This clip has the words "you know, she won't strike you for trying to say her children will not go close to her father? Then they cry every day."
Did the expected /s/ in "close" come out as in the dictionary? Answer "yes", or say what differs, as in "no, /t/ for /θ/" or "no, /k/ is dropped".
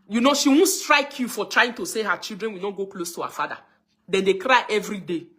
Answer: yes